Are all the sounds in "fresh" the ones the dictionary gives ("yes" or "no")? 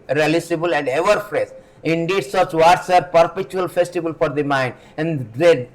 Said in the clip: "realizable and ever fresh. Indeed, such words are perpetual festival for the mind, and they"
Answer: no